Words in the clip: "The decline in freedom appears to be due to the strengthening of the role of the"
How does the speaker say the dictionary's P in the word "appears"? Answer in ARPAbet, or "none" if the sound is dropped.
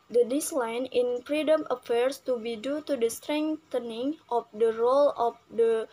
F